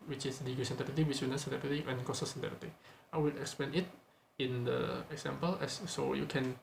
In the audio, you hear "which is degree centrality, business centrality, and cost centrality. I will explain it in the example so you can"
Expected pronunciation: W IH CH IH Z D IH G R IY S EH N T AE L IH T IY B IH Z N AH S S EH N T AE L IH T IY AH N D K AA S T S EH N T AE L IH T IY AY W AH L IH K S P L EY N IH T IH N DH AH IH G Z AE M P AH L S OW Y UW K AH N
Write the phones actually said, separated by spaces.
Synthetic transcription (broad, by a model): W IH CH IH S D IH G IY S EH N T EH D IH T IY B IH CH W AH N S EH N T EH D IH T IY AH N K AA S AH S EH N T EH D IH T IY AY W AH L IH K S P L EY N IH T IH N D AH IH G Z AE M P AH L S OW Y UW K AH N